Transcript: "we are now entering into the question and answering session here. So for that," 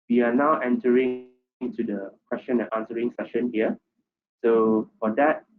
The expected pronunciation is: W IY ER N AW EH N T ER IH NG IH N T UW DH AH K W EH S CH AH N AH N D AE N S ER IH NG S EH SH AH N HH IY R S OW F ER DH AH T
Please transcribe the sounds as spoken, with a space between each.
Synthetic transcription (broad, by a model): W IY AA N AW EH N T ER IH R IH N T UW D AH K W EH S CH AH N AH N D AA N S ER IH NG S EH SH AH N HH IY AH S OW F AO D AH T